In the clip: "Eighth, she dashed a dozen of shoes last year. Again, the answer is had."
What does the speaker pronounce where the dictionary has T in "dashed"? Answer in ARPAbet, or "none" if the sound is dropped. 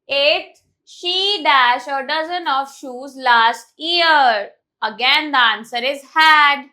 none